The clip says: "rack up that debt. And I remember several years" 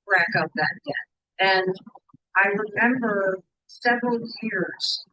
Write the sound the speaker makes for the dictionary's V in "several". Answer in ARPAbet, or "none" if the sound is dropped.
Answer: V